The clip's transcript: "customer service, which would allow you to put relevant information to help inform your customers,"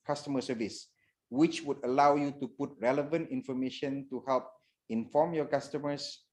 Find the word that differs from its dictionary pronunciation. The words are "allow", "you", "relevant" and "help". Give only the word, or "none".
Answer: none